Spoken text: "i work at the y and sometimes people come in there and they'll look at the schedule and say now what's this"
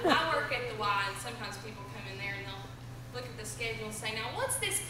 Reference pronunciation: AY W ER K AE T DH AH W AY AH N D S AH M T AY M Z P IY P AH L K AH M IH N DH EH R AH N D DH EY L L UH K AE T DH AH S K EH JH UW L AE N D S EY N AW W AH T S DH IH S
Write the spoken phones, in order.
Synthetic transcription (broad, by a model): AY W ER K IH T DH AH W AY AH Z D S AH M T AY M Z P IY P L K AH M IH N DH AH R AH N DH EY L L UH K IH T DH AH S K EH UW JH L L S EY N AW W AH T S DH IH S